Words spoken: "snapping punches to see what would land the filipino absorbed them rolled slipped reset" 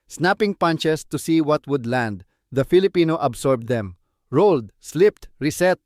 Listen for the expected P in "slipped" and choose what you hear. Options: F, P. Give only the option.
P